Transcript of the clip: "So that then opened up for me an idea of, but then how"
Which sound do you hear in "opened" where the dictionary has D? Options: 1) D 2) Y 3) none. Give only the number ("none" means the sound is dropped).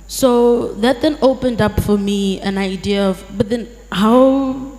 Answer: 1